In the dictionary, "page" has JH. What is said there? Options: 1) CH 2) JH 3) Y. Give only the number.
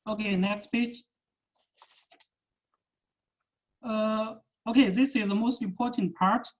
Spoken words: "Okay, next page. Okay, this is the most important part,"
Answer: 1